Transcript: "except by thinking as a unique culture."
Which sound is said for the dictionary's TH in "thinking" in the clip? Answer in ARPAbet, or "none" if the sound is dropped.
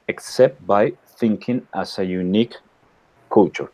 TH